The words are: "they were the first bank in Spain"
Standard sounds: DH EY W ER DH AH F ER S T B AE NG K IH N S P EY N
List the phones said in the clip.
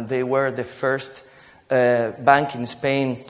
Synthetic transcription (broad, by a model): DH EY W ER DH AH F ER S T B AE NG K IH N S P EY N